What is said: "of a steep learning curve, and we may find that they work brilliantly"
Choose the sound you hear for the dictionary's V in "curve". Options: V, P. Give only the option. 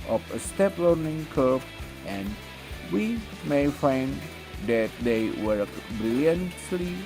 P